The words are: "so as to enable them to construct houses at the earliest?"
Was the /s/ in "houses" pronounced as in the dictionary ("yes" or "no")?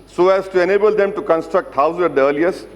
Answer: no